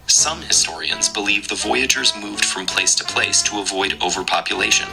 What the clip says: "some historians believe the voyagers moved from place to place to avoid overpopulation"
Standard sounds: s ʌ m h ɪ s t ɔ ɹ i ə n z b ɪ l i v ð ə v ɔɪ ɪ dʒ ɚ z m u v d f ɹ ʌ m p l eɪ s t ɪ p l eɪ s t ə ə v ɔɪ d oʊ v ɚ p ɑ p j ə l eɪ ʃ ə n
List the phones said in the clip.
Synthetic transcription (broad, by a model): s ʌ m h ɪ s t ɔ ɹ i ə n z b ɪ l i v ð ə v ɔɪ ɪ dʒ ɚ z m u v d f ɹ ʌ m p l eɪ s t ɪ p l eɪ s t ə ə v ɔɪ d oʊ v ɚ p ɑ p j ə l eɪ ʃ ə n